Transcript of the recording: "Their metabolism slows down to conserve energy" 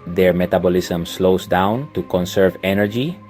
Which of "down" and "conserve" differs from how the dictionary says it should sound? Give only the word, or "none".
none